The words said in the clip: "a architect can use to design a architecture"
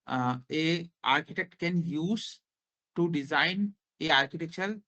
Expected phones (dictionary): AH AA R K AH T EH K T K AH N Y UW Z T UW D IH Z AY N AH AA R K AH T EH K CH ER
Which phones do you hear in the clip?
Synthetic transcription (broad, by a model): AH AA R K AH T EH K T K AH N Y UW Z T UW D IH Z AY N AH AA R K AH T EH K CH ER